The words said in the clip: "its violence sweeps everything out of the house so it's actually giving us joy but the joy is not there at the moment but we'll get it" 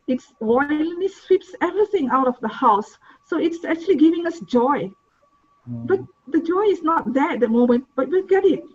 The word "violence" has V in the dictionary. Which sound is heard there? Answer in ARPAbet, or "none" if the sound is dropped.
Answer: W